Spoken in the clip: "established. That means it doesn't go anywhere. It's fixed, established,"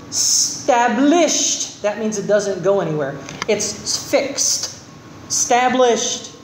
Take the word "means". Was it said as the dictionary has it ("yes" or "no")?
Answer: yes